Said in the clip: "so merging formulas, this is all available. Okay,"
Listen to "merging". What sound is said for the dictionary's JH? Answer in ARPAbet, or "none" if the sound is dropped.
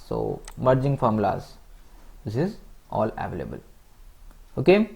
JH